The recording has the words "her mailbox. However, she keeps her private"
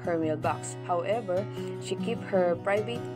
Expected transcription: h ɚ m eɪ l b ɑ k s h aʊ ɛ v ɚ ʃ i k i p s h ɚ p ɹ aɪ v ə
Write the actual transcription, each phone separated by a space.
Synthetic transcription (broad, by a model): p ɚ m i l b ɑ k s h aʊ ɛ v ɚ ʃ i k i p h ɚ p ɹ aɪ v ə